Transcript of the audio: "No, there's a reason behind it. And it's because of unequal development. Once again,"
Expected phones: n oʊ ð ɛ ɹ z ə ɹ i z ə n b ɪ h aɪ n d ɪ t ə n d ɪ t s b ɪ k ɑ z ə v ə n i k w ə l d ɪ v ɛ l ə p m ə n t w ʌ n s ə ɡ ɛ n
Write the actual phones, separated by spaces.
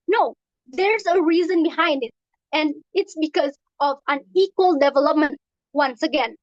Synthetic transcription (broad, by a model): n oʊ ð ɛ ɹ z ə ɹ i z ə n b ɪ h aɪ n d ɪ t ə n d ɪ t s b ɪ k ɑ z ə v ə n i k w ə l d ɪ v ɛ l ə p m ə n t w ʌ n s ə ɡ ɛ n